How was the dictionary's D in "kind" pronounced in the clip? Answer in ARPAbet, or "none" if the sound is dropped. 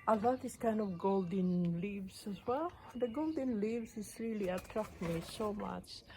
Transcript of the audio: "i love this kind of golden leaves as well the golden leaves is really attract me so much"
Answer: D